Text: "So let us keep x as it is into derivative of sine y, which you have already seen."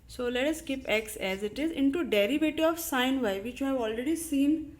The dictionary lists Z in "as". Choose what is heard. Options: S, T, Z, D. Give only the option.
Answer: Z